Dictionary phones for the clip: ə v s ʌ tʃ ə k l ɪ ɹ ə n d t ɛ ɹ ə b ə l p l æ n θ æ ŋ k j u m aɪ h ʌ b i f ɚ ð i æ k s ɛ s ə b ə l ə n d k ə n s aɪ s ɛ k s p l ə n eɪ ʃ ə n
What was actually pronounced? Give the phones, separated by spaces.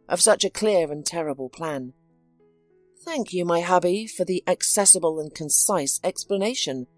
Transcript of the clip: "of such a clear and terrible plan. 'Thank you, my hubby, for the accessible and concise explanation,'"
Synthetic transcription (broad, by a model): ə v s ʌ tʃ ə k l ɪ ɹ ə n t ɛ ɹ ə b ə l p l æ n θ æ ŋ k j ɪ m aɪ h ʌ b i f ɚ ð i æ k s ɛ s ə b ə l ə n k ə n s aɪ s ɛ k s p l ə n eɪ ʃ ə n